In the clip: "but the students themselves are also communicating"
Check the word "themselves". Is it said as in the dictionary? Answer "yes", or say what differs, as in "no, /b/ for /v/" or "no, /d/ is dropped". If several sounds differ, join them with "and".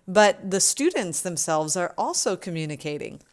yes